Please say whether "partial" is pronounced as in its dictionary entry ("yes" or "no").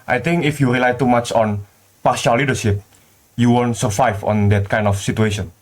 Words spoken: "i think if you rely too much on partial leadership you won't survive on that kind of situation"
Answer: no